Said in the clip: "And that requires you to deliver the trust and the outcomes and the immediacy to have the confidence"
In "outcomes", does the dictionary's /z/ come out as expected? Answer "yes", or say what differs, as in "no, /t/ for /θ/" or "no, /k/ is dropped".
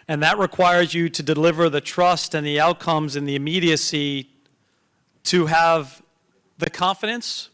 yes